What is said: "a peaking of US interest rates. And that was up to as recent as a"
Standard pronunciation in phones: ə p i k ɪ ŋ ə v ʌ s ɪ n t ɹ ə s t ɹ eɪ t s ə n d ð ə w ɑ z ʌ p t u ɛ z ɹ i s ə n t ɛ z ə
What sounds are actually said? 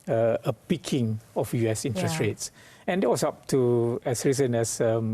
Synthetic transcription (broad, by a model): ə p i k ɪ ŋ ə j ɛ s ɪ n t ɹ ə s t ɹ eɪ t s ə n d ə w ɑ s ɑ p t u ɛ s ɹ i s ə n ɛ s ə